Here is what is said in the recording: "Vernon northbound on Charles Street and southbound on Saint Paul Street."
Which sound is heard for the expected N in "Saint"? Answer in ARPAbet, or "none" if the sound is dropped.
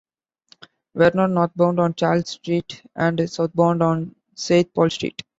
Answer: none